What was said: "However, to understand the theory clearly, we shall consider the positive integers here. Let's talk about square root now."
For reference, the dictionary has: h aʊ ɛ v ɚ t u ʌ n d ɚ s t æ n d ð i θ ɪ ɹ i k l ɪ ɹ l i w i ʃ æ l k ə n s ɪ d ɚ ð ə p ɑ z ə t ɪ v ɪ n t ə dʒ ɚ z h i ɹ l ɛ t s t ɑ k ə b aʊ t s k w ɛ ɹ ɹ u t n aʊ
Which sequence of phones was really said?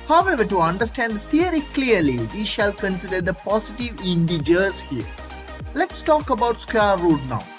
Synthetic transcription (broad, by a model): h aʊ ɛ v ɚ t u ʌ n d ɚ s t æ n d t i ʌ ɹ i k l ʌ ɹ l i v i ʃ æ l k ə n s ɪ d ɚ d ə p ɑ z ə t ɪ v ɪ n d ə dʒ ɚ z h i ɹ l ɛ t s t ɑ k ə b aʊ t s k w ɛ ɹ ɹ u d n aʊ